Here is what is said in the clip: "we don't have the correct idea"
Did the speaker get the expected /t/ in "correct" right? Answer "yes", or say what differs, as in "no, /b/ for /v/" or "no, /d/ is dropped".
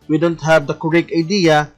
no, /t/ is dropped